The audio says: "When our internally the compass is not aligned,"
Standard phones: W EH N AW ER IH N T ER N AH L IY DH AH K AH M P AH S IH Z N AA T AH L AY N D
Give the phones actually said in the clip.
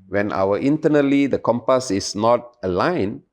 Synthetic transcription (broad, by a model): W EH N AW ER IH N T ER N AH L IY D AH K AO M P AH S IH S N AA T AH L AY N